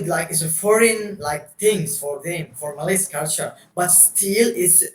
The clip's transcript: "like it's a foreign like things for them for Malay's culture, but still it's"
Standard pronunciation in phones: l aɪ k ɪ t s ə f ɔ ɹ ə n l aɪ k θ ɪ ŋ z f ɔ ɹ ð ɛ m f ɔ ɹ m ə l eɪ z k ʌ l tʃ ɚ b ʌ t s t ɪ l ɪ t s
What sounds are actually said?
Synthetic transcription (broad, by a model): l aɪ k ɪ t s ə f ɔ ɹ ə n l aɪ k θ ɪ ŋ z f ɔ ɹ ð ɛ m f ɔ ɹ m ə l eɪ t k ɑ l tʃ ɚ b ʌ t s t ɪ l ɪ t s